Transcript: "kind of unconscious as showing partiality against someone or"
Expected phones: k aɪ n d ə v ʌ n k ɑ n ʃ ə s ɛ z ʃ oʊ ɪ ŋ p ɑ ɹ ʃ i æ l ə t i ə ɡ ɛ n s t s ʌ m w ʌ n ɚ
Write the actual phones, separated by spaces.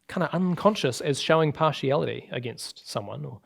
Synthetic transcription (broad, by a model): k aɪ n d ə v ʌ n k ɑ n ʃ ə s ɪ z ʃ oʊ ɪ ŋ p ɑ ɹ ʃ i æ l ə t i ə ɡ ɛ n s t s ʌ m w ʌ n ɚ